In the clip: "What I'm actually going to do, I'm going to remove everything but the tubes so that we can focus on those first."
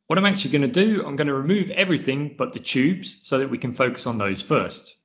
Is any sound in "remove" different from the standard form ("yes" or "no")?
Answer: no